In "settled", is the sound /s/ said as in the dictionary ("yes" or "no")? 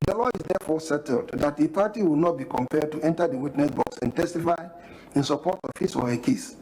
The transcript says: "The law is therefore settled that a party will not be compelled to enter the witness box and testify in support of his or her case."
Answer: yes